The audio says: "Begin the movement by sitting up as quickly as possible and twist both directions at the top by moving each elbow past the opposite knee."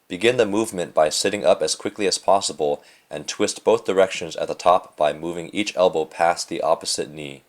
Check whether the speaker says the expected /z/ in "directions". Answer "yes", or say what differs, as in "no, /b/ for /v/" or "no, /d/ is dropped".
yes